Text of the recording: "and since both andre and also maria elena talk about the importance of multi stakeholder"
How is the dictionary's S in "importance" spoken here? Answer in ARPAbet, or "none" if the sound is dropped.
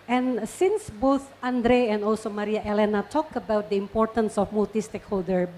S